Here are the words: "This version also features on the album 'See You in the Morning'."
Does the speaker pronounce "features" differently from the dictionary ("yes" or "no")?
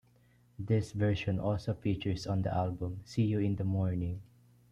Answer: yes